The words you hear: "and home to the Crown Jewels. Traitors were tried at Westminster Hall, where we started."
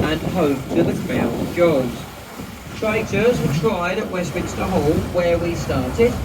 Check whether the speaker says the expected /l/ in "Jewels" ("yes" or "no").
no